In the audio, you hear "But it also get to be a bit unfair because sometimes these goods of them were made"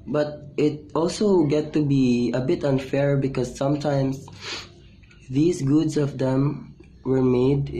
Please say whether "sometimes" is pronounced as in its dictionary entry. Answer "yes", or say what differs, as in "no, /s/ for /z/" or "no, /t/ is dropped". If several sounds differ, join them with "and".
no, /s/ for /z/